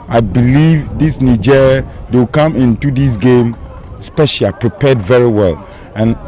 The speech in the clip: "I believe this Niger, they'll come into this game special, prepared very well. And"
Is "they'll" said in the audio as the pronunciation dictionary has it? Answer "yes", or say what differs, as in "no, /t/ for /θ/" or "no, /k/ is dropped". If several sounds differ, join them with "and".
no, /w/ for /l/